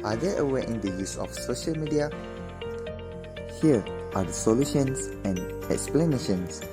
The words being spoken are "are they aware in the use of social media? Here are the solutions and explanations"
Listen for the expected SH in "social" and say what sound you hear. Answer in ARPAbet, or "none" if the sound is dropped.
SH